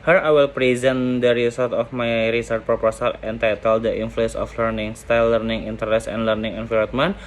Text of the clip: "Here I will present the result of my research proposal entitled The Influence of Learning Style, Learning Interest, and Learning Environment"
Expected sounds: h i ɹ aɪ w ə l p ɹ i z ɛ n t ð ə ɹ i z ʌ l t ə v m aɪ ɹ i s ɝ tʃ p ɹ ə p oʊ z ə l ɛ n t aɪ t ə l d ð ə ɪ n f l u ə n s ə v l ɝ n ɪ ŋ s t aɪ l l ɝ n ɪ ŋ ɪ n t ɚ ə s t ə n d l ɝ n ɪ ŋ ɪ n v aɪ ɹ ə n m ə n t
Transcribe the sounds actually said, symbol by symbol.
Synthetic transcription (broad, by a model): h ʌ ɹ aɪ w ə l p ɹ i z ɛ n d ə ɹ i s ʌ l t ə f m aɪ ɹ i s ɝ tʃ p ɹ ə p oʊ s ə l ɛ n t aɪ t ə l d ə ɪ n f l u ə n s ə f l ɝ n ɪ ŋ s t aɪ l l ɝ n ɪ ŋ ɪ n t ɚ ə s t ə n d l ɝ n ɪ ŋ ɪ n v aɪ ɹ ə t m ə n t